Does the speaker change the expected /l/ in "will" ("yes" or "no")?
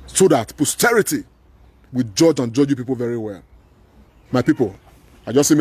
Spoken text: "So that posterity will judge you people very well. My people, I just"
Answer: yes